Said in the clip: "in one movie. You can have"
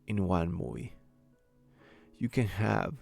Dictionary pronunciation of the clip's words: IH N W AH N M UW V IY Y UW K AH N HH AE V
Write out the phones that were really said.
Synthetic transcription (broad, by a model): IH N W AH N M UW IY Y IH K AH N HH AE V